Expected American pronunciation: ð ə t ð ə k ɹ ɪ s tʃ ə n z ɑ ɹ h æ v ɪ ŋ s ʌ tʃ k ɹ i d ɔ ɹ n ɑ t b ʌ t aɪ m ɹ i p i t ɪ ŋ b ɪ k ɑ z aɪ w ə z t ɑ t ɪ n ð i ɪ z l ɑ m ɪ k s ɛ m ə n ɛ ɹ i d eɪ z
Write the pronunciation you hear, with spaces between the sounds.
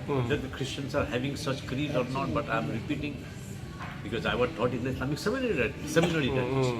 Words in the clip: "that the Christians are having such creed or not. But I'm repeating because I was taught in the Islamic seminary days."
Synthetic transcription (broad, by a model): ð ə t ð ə k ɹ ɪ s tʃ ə n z ɑ ɹ h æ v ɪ ŋ s ʌ tʃ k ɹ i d ɔ ɹ n ɑ t b ʌ t aɪ m ɹ i p i t ɪ ŋ b ɪ k ɑ z aɪ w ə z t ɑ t ɪ n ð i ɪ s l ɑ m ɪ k s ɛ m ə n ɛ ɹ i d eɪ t